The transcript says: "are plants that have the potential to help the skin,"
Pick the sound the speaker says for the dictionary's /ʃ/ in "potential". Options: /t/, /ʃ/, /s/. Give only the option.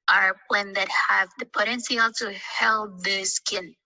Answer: /s/